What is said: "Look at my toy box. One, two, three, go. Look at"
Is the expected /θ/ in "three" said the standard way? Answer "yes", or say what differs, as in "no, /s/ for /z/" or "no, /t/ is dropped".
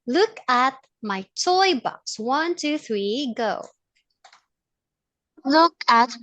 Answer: yes